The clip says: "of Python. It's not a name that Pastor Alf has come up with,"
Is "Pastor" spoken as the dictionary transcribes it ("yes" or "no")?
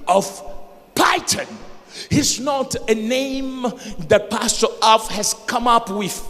yes